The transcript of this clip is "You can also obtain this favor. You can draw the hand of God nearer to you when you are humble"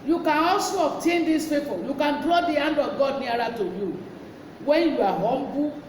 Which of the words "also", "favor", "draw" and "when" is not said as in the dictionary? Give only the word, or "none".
favor